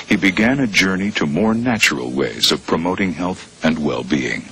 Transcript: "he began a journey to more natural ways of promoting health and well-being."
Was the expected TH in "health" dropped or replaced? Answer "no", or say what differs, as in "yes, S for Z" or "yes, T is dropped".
no